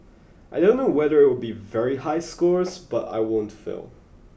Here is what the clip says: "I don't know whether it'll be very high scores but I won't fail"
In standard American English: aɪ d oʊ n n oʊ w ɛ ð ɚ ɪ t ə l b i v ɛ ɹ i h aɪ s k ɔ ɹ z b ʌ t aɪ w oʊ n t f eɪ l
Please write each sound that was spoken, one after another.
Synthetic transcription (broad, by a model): aɪ d oʊ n n oʊ w ɛ ð ɚ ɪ t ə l b i v ɛ ɹ i h aɪ s k ɔ ɹ z b ʌ t aɪ w oʊ n t f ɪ l